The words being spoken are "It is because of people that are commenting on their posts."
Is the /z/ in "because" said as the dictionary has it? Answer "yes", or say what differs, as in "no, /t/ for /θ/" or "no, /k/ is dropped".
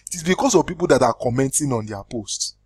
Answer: no, /s/ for /z/